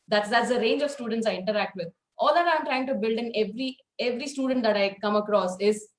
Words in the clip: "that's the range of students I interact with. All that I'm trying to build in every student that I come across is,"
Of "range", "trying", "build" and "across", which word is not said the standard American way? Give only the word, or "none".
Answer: none